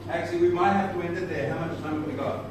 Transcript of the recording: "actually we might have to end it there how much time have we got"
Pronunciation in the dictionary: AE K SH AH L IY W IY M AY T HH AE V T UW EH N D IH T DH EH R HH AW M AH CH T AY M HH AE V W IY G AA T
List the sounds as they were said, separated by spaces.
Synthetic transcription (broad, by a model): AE K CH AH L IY W IY M AY T HH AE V T UW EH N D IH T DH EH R HH AW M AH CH S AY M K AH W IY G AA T